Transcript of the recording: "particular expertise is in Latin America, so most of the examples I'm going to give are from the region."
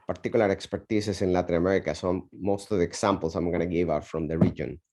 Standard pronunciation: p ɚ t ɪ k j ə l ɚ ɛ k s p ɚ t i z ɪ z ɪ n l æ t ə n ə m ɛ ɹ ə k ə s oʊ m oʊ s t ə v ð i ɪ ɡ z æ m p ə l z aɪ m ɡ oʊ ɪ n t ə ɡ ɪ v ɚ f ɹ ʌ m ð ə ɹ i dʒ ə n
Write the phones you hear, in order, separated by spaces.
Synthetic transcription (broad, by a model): p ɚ t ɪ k j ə l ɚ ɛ k s p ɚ t i s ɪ s ɪ n l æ t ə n ə m ɛ ɹ ə k ə s oʊ m oʊ s t ə v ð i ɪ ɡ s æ m p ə l s aɪ m ɡ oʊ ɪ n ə ɡ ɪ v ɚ f ɹ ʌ m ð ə ɹ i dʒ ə n